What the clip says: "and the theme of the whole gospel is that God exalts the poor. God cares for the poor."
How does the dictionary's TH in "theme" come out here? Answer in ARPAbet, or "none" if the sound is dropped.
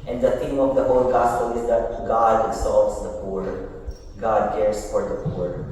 T